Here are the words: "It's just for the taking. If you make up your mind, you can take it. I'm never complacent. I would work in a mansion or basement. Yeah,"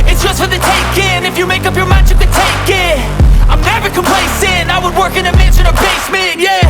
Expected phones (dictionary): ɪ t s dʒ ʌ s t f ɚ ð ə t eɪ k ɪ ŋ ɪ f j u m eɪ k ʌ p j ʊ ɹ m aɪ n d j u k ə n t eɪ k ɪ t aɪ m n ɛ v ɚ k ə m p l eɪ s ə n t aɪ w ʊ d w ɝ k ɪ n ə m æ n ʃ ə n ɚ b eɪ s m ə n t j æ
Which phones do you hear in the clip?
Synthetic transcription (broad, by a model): ɪ t s dʒ ʌ s t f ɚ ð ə t eɪ k ɪ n ɪ f j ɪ m eɪ k ʌ p j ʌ ɹ m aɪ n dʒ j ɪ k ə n t eɪ k ɪ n aɪ m n ɛ v ɚ k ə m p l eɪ s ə n aɪ w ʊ d w ɝ k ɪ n ə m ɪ ʃ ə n ɚ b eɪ s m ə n j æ